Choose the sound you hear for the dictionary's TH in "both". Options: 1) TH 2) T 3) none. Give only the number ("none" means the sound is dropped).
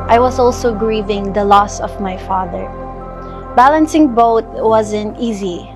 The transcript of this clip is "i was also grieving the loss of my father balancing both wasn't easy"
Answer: 2